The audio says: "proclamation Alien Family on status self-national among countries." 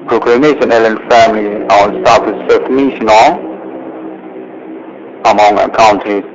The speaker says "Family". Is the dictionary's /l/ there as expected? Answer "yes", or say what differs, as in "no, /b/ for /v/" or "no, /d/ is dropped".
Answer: yes